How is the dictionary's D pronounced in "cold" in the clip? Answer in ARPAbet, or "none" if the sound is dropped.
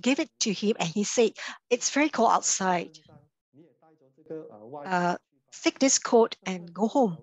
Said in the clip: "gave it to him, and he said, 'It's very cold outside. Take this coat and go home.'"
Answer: none